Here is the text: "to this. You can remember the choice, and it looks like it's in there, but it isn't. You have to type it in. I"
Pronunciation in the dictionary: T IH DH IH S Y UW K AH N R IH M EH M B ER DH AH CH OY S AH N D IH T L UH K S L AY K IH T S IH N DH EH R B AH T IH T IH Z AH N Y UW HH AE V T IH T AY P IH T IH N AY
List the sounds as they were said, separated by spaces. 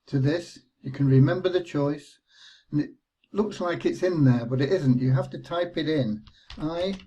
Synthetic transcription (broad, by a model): T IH DH IH S Y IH K AH N R IH M EH M B ER DH AH CH OY S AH N IH T L UH K S L AY K IH T S IH N DH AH R B AH T IH T IH Z AH N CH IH HH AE F T IH T AY P IH T IH N AY